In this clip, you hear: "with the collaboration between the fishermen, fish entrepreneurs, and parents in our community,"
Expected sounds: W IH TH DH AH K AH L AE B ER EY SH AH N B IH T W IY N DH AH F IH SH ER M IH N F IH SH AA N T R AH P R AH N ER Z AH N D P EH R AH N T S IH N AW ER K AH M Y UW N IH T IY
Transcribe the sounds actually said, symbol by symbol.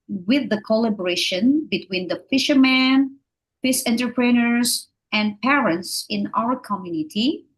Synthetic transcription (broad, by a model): W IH DH AH K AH L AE B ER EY SH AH N B IH T W IY N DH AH F IH SH ER M IH N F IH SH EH N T R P R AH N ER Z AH N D P EH R AH N T S IH N AW ER K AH M Y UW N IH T IY